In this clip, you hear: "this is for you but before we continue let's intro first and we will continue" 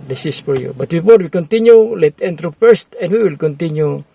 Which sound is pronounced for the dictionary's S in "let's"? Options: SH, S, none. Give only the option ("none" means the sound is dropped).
none